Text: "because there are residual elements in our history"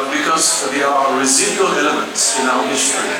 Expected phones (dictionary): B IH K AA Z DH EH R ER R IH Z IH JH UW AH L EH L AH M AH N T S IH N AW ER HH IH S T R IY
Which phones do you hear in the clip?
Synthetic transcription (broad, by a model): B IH K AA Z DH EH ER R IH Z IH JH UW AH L EH L AH M AH N T S IH N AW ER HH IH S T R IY